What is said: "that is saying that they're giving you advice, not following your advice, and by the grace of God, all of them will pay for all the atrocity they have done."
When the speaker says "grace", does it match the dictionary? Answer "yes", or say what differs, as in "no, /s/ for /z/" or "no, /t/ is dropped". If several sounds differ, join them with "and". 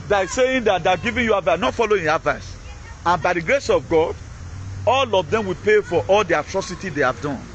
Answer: yes